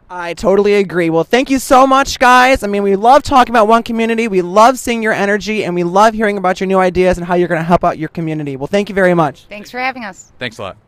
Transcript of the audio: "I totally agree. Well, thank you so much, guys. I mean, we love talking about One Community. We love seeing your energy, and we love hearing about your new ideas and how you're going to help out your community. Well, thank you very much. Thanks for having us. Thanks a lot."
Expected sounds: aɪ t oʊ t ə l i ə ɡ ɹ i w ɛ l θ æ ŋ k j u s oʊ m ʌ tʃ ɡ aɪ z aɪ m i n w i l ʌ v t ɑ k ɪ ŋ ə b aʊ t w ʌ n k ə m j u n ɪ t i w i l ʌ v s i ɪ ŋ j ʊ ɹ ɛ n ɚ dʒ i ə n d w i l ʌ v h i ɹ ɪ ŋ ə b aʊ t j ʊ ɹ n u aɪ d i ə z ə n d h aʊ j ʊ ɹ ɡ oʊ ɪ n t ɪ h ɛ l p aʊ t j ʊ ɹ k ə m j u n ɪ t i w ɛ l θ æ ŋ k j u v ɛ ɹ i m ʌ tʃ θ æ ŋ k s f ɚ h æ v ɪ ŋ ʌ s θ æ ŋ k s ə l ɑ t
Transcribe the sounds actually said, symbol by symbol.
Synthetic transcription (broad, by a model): aɪ t oʊ t l i ə ɡ ɹ i w ɛ l θ æ ŋ k j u s oʊ m ʌ tʃ ɡ aɪ z aɪ m i n w i l ʌ v t ɑ k ɪ ŋ ə b aʊ t w ʌ n k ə m j u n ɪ t i w i l ʌ v s i ɪ ŋ j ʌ ɹ ɛ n ɚ dʒ i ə n w i l ʌ v h i ɹ ɪ ŋ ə b aʊ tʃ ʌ ɹ n u aɪ d i ə z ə n h aʊ j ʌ ɹ ɡ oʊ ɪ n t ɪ h ɛ l p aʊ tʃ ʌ ɹ k ə m j u n ɪ t i w ɛ l θ æ ŋ k j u v ɛ ɹ i m ʌ tʃ θ æ ŋ k s f ɚ h æ v ɪ ŋ ʌ s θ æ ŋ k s ə l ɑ t